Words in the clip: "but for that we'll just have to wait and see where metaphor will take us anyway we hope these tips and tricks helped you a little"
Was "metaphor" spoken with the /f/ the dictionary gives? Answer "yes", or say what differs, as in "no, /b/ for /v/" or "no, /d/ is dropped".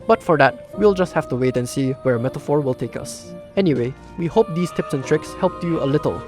yes